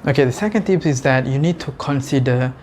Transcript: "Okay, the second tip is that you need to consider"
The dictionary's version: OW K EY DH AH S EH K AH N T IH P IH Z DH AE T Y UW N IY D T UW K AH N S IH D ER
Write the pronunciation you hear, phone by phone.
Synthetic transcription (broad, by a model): OW K EY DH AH S EH K AH N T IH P IH Z DH AE T Y UW N IY D T UW K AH N S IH D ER